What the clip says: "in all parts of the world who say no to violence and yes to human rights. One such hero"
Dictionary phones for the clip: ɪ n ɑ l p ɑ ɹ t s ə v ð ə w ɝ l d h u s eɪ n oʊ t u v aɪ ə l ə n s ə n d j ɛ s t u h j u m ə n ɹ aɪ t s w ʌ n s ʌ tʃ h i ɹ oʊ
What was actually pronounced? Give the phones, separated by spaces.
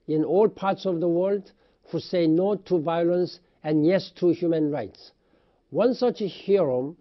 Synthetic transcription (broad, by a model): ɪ n ɑ l p ɑ ɹ t s ə v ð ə w ɝ l d h u s eɪ n oʊ t u v aɪ ə l ə n s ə n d j ɛ s t u h j u m ə n ɹ aɪ t s w ʌ n s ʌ tʃ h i ɹ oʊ